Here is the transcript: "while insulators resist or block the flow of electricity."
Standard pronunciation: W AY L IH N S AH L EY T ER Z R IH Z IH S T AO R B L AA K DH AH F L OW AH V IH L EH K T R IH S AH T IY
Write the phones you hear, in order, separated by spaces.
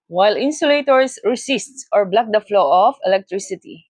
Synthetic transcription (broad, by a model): W AY L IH N S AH L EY T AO S R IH S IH S T AO R B L AA K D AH F L OW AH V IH L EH K T R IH S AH T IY